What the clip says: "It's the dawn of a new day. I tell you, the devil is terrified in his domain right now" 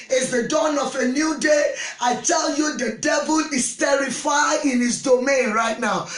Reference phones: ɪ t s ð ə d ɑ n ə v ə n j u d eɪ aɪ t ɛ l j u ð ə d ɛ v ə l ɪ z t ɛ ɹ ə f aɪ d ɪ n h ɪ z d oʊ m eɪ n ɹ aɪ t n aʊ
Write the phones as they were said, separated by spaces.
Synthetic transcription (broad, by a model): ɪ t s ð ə d ɑ n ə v ə n j u d eɪ aɪ t ɛ l j u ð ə d ɛ v ə l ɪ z t ɛ ɹ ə f aɪ ɪ n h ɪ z d oʊ m eɪ n ɹ aɪ t n aʊ